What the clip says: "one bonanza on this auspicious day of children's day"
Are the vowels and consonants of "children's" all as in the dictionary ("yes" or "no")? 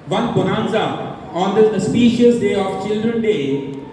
no